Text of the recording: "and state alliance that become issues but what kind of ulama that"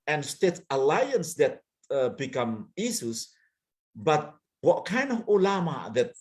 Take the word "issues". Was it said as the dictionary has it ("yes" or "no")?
no